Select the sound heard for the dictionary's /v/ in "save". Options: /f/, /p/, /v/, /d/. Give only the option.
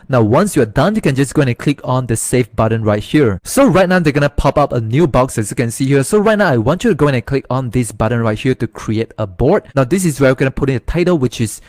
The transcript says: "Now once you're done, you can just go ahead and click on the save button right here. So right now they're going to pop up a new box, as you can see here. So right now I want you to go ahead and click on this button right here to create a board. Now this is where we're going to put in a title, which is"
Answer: /f/